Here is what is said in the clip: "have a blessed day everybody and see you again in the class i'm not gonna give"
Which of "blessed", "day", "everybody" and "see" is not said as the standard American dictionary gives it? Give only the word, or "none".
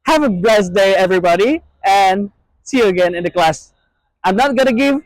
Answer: blessed